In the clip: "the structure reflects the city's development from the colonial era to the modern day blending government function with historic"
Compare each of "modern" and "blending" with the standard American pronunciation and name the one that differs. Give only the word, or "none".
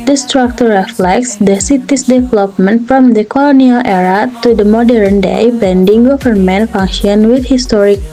blending